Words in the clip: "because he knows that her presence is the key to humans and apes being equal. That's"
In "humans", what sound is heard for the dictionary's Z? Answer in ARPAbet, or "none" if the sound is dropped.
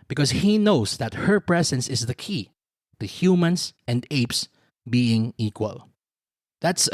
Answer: S